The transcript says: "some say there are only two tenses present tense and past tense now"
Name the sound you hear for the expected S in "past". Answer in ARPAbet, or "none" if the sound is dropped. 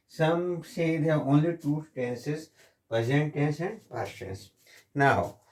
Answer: none